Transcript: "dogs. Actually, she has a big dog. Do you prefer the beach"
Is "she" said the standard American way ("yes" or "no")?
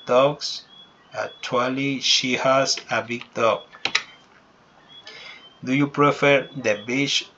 yes